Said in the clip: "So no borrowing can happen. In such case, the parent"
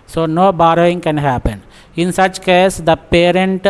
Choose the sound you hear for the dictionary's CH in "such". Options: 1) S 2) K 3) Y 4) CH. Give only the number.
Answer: 4